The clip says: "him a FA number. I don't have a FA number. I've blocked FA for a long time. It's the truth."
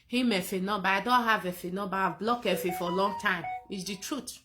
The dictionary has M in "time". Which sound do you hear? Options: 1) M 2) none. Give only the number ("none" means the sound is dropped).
1